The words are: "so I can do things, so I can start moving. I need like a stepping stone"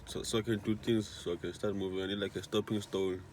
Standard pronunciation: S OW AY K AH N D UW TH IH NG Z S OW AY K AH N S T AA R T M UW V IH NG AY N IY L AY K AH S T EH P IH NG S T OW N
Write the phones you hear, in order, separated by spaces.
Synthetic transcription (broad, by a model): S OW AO K AH N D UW T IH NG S S OW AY K AH N S T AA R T M UW V IH NG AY N IY L AY K AH S T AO P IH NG S T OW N